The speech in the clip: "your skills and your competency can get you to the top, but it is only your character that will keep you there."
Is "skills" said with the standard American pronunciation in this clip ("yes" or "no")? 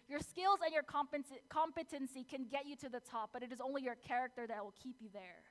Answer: yes